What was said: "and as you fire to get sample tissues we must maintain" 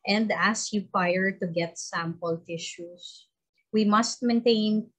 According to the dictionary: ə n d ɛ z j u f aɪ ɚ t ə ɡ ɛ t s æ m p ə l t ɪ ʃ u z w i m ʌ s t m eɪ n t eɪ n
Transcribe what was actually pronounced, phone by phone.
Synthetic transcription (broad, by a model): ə n d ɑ s j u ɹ aɪ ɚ t ə ɡ ɛ t s æ m p ə l t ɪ ʃ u s w i m ʌ s t m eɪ n t eɪ n